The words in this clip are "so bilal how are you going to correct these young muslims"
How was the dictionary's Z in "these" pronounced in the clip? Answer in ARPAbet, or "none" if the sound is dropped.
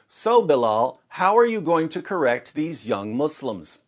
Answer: Z